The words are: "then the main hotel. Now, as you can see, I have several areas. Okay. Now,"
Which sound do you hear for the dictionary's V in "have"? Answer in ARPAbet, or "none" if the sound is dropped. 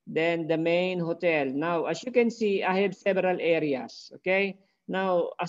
B